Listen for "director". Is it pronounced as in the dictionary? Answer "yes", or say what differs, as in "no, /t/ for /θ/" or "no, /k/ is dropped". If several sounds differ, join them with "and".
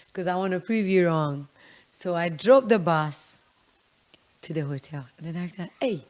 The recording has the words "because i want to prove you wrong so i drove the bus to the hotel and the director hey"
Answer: no, /l/ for /ɹ/